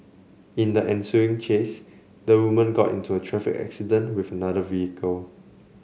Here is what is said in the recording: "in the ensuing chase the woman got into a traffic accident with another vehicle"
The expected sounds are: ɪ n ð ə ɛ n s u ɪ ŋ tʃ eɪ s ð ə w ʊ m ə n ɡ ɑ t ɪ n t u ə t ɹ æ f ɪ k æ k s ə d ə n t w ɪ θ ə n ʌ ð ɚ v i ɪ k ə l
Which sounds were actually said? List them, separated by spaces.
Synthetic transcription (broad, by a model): ɪ n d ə ɛ n s u ɪ ŋ tʃ eɪ s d ə w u m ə n ɡ ɑ t ɪ n t u ə t ɹ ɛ f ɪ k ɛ k s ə d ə n w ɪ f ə n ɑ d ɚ v i ɪ k ə l